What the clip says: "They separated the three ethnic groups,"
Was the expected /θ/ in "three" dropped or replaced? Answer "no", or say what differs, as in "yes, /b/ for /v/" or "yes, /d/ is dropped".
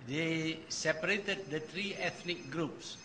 yes, /t/ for /θ/